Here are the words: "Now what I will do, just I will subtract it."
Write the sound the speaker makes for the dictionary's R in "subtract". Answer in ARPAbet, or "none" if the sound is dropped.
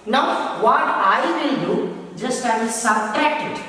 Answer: none